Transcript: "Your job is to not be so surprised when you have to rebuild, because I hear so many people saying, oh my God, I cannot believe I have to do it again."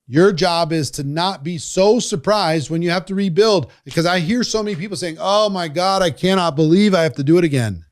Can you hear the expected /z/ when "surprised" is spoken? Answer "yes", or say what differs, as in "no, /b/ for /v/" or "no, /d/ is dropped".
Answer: yes